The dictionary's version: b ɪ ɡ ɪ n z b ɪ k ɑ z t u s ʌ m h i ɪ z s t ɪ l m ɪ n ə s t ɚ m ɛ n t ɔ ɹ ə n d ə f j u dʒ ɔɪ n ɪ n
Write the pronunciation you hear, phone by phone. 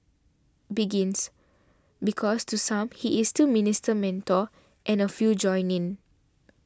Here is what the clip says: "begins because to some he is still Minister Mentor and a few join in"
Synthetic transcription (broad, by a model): b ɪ ɡ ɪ n s b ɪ k ɑ s t u s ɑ m h i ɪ s t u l m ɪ n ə s t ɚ m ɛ n t ɔ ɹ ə n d ə f j u dʒ ɔɪ n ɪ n